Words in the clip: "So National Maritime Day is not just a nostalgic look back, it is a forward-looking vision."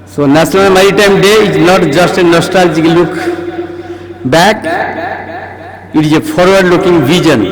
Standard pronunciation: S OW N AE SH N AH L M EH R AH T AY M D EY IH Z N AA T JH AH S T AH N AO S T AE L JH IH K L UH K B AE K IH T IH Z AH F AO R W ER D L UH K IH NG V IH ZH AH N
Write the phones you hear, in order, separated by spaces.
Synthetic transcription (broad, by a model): S OW N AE S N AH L M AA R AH T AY M D EY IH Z N AA T JH AH S T AH N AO S T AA L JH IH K L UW K B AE K IH T IH Z AH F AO R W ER D L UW K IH NG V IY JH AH N